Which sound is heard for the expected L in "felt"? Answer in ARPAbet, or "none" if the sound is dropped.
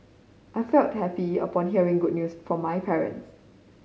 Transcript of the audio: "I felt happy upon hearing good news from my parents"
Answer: L